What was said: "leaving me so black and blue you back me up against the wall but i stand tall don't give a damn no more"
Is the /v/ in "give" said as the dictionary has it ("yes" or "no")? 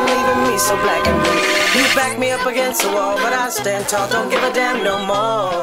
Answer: yes